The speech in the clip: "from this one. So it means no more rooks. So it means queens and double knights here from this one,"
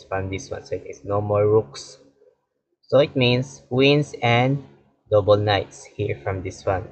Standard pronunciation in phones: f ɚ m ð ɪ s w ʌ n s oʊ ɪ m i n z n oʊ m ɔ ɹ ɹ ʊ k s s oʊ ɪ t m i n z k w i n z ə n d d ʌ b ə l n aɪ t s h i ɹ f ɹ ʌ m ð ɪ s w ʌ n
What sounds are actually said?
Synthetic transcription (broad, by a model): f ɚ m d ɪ s w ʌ n s oʊ ɪ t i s n oʊ m ɔ ɹ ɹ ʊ k s s oʊ ɪ t m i n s w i n s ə n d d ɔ b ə l n aɪ t s h i ɹ f ɹ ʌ m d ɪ s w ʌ n